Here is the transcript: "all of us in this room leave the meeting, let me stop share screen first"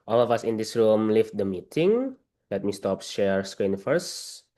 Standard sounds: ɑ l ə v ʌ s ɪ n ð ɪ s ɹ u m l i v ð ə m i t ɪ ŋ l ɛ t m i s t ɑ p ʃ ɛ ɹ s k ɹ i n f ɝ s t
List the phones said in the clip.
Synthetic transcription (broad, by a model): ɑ l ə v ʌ s ɪ n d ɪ s ɹ u m l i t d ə m i t ɪ ŋ l ɛ t m i s t ɑ p ʃ ɛ ɹ s k ɹ i n f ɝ s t